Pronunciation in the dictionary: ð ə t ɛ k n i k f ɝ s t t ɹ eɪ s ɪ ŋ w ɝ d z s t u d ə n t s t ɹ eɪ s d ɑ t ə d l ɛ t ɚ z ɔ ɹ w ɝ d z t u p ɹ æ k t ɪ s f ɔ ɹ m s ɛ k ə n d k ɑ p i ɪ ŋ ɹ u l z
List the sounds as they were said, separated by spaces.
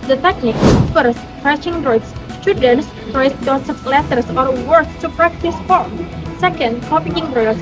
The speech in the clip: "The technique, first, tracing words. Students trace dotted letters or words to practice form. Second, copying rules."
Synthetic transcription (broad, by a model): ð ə t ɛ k n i k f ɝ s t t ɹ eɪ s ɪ ŋ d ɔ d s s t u d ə n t s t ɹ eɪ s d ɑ s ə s l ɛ t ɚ s ɔ ɹ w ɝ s t u p ɹ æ k t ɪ s f ɔ ɹ m s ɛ k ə n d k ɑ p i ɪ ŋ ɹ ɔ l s